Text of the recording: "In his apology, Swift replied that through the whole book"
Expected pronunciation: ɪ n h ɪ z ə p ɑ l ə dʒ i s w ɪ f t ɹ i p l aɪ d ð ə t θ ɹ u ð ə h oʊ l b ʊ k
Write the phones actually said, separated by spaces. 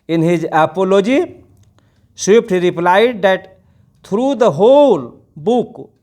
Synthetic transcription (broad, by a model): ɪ n h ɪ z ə p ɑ l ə dʒ i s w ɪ p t ɹ i p l aɪ d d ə t t ɹ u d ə h oʊ l b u k